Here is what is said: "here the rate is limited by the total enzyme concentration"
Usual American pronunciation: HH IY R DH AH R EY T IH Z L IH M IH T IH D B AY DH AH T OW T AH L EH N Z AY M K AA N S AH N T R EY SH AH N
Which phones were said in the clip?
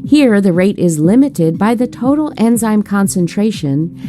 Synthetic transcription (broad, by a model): HH IY R DH AH R EY T IH Z L IH M IH T IH D B AY DH AH T OW T L EH N Z AY M K AA N S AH N T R EY SH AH N